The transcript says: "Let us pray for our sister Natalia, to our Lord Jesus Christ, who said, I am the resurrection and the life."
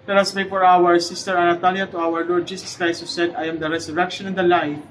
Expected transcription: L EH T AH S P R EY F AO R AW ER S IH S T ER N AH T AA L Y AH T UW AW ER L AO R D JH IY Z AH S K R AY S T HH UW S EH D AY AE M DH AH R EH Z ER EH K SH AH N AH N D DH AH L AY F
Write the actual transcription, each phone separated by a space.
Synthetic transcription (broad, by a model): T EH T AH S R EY F AO R AW ER S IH S T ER N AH T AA L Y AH T UW AW ER L AO R D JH IY S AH S K R AY S T HH UW S EH D AY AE M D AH R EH S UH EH K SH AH N AH N D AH L AY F